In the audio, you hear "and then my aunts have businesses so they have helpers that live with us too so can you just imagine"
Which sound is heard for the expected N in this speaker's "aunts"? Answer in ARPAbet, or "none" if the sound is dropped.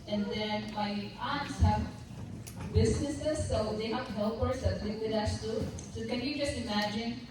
N